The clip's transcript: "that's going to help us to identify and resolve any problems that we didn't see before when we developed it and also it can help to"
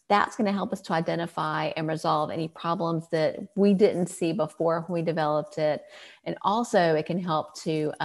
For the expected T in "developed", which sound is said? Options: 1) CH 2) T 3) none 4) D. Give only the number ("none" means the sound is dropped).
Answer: 2